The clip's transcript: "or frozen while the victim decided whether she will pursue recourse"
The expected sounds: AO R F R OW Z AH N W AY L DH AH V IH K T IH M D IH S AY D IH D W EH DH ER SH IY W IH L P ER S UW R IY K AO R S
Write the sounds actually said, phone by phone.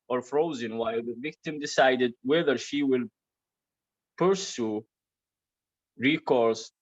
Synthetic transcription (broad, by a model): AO R F R OW Z AH N W AY L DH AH V IH K T IH M D IH S AY D IH D W EH DH ER SH IY W IH L P ER S UW R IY K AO R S